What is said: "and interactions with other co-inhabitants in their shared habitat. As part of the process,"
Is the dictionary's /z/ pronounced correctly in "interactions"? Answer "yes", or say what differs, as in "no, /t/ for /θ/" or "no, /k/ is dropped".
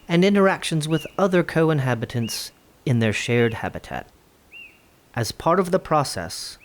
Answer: yes